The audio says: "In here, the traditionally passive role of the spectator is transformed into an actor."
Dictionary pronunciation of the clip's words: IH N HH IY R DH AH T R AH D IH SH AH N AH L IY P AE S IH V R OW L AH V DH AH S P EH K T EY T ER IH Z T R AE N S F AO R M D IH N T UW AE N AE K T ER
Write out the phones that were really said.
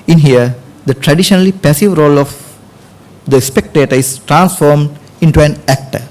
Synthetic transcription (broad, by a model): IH N HH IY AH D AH T R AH D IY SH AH N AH L IY P AE S IH V R OW L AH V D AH S P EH K T EY T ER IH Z T R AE N S F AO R M D IH N T UW AE N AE K T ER